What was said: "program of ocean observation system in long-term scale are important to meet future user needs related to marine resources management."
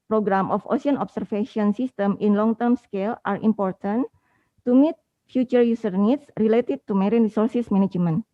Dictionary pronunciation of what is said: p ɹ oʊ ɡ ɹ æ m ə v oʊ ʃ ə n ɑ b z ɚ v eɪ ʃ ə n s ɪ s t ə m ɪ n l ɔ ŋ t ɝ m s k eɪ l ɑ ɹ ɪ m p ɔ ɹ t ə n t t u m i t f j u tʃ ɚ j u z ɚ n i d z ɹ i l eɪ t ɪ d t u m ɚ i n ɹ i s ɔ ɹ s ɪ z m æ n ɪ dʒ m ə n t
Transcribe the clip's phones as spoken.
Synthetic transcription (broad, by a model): p ɹ oʊ ɡ ɹ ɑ m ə f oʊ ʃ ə n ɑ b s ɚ f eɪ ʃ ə n s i s t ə m ɪ n l ɔ ŋ t ɝ m s k eɪ l ɑ ɹ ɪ m p ɔ ɹ t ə n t t u m i t f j u tʃ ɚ j u s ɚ n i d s ɹ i l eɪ t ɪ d t u m ɚ i n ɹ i s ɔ ɹ s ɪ s m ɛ n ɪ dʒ m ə n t